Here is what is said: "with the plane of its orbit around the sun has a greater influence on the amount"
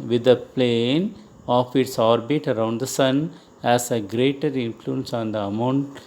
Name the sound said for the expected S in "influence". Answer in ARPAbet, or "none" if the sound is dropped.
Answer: S